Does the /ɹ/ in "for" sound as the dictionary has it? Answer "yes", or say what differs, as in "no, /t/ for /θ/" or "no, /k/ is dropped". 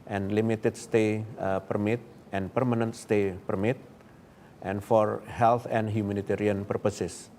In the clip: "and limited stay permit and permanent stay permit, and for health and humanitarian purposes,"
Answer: yes